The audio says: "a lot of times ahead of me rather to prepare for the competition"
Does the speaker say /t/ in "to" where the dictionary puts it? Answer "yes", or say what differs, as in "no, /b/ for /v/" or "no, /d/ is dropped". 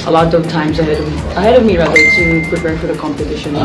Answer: no, /s/ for /t/